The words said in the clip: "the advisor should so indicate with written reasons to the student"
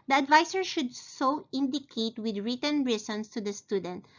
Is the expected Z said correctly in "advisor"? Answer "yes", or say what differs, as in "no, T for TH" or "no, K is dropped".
no, S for Z